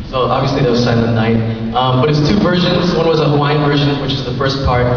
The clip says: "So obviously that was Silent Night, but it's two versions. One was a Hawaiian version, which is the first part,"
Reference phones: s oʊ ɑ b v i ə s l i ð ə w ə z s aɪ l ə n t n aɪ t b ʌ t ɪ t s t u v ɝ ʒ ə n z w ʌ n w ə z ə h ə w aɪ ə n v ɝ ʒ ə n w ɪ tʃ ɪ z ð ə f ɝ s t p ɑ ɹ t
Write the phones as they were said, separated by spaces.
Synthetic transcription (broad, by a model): s oʊ ɑ b v i ə s l i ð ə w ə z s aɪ ə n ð n aɪ t b ʌ t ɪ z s t u v ɝ ʒ ə n z w ʌ n w ə z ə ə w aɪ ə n v ɝ ʒ ə n w ɪ tʃ ɪ z ð ə f ɝ s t p ɑ ɹ t